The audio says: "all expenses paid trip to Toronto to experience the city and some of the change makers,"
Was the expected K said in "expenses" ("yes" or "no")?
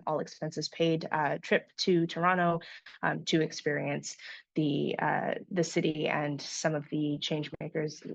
yes